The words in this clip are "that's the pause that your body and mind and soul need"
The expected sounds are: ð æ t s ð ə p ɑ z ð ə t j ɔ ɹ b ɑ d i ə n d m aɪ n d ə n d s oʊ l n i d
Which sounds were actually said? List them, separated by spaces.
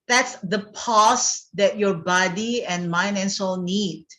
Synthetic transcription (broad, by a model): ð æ t s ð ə p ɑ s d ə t j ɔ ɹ b ɑ d i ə n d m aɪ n ə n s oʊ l n i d